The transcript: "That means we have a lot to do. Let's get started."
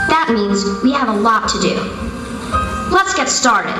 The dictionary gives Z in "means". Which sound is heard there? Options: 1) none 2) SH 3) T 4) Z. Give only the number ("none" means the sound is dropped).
4